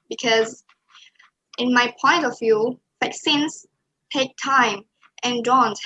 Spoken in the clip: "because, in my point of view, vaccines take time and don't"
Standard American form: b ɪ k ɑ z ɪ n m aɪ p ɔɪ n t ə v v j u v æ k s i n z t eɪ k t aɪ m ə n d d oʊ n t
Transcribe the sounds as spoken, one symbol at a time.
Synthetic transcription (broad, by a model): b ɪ k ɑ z ɪ n m aɪ p ɔɪ n t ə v v j u f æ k s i n s t eɪ k t aɪ m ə n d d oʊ n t